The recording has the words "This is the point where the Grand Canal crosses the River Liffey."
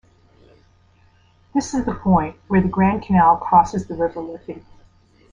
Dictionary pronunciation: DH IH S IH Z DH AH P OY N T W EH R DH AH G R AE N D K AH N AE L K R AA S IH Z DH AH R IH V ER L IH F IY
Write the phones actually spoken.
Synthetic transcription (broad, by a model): DH IH S IH Z DH AH P OY N T W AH R DH AH G R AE N K AH N AE L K AA S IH Z DH AH R IH V ER L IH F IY